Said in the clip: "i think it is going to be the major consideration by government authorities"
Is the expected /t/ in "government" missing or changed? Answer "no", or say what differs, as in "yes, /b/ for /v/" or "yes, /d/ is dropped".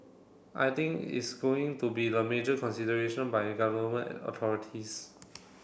yes, /t/ is dropped